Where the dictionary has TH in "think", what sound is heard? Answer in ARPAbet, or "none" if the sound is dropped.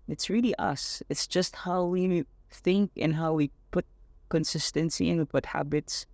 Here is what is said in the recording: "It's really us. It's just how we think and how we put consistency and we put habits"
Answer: TH